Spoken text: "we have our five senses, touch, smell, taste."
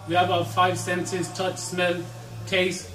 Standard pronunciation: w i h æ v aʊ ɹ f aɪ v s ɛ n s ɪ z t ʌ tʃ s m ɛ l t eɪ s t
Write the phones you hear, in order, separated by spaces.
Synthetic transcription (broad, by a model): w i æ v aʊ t f aɪ v s ɛ n s ɪ z t ʌ tʃ s m ɛ l t eɪ s